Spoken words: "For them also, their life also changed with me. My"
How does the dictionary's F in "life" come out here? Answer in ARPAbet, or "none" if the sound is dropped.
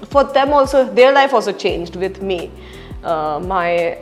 F